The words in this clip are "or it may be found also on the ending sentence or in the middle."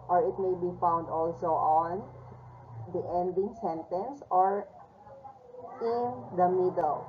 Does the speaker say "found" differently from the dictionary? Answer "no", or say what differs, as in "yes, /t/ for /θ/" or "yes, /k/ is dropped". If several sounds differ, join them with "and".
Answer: no